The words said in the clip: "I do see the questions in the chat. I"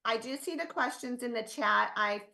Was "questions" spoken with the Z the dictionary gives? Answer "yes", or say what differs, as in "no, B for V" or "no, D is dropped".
yes